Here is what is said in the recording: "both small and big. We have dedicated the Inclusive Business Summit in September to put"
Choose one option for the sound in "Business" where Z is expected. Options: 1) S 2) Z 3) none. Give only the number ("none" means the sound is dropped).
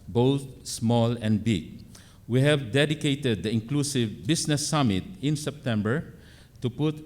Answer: 1